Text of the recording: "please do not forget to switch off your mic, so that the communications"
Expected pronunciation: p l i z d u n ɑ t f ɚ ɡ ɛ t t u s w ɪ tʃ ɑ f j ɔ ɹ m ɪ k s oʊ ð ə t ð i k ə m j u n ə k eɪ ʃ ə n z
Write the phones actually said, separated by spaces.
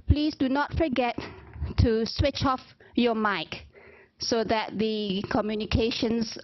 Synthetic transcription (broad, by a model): p l i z d u n ɑ t f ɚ ɡ ɛ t t u s w ɪ tʃ ɑ f j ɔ m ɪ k s oʊ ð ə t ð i k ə m j u n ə k eɪ ʃ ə n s